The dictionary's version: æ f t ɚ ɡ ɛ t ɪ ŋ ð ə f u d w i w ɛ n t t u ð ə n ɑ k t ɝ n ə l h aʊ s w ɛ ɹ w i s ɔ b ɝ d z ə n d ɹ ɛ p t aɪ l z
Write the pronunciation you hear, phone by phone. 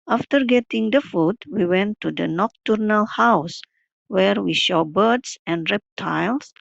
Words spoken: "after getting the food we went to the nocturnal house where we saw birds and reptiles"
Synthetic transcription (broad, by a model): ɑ f t ɚ ɡ ɛ t ɪ ŋ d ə f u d w i w ɛ n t t u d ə n ɑ k t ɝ n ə l h aʊ s w ɛ ɹ w i ʃ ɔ b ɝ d s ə n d ɹ ɛ p t aɪ l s